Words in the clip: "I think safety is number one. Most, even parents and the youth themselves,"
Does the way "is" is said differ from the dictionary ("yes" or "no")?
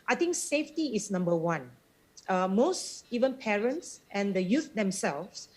yes